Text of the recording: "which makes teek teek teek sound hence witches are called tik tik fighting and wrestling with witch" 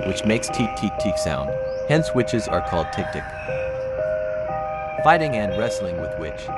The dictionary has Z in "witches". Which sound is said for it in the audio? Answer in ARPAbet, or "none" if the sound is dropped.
Z